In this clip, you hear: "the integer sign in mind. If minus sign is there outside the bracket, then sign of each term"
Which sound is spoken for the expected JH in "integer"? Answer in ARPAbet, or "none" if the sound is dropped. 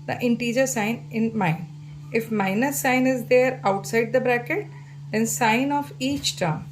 JH